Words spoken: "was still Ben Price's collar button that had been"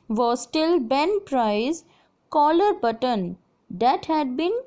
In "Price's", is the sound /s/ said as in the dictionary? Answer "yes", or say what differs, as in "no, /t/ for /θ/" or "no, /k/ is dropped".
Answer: no, /s/ is dropped